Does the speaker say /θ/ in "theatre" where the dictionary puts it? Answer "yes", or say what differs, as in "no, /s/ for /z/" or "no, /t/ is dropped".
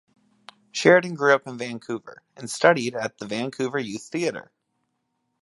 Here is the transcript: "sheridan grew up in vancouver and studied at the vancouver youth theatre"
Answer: yes